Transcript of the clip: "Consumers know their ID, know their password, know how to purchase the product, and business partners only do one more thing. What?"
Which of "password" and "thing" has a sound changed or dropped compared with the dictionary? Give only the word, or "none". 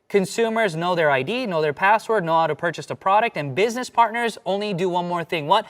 none